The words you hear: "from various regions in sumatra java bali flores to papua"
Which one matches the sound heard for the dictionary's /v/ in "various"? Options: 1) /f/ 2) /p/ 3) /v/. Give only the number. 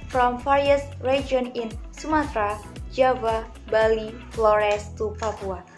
1